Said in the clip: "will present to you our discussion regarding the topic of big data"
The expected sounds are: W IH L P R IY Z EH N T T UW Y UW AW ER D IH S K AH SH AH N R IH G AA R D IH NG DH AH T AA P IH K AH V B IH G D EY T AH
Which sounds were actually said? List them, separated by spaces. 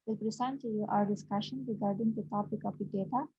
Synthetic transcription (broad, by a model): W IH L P R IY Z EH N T T UW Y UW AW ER D IH S K AH SH AH N R IH G AA R D IH NG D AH T AA P IH K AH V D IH D EY T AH